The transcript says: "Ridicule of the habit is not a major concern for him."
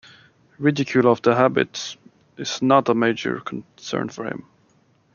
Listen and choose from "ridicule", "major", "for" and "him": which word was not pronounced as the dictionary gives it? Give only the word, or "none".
none